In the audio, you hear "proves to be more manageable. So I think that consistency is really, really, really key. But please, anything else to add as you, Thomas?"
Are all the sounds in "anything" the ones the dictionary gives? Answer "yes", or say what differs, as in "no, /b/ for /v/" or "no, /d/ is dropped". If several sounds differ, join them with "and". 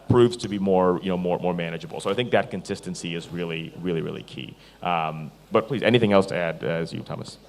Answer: yes